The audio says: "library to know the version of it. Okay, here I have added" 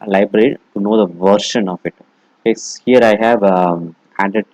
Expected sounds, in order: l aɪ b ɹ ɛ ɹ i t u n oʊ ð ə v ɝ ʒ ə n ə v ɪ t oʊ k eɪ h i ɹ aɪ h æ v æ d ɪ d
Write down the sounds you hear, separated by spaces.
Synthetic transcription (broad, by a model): l aɪ b ɹ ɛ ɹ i t u n oʊ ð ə v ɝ ʃ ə n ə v ɪ t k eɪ h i ɹ aɪ h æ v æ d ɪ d